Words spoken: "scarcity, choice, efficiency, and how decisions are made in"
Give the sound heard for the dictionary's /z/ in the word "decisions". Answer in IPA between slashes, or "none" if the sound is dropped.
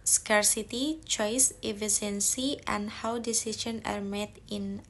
none